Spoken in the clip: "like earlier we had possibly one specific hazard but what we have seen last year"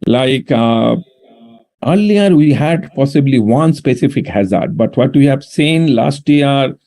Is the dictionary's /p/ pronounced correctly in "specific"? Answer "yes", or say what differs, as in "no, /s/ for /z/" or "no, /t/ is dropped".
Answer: yes